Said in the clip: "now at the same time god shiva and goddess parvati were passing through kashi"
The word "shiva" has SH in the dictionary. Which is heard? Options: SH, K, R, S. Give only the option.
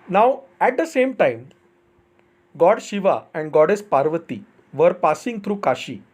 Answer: SH